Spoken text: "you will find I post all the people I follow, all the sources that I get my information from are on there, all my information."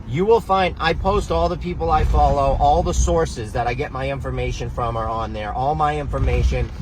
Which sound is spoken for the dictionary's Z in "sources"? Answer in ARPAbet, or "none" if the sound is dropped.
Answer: Z